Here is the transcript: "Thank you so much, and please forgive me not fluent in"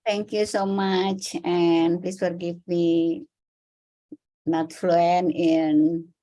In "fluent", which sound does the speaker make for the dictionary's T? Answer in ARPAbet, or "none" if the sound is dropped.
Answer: none